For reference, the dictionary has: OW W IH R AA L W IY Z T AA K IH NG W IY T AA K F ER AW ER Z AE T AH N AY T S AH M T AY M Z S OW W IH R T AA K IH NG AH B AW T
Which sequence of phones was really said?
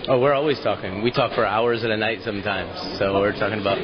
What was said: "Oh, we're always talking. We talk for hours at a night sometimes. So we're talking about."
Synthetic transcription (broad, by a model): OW W IH R AA L W IY Z T AA K IH NG W IY T AA K F ER AW ER Z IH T AH N AY T S AH M T AY M Z S OW W IH R T AA K IH NG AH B AW T